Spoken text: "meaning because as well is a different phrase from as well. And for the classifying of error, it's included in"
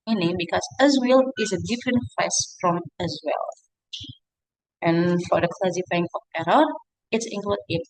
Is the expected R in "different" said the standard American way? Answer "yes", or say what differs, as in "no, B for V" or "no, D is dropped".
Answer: yes